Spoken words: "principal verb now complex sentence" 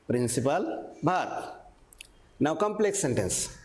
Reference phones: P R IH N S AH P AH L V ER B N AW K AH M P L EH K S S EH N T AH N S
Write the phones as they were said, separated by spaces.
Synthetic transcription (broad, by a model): P R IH N S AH P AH L B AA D N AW K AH M P L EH K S S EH N T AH N S